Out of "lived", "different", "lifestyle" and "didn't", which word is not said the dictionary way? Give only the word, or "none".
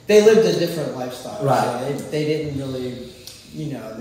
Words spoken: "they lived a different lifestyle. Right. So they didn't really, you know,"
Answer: none